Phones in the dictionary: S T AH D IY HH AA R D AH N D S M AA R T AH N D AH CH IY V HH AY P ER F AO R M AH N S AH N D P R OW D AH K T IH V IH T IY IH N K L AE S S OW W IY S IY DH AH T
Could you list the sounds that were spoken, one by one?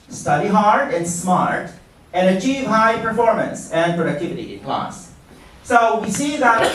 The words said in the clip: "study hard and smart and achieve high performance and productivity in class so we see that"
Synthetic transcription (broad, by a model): S T AH D IY HH AA R D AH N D S M AA R T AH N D AH CH IY V HH AY P ER F AO R M AH N S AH N P R OW D AH K T IH V IH T IY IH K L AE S S OW W IY S IY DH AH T